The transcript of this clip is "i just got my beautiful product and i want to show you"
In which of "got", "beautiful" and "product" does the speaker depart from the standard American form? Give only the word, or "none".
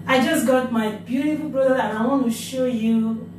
product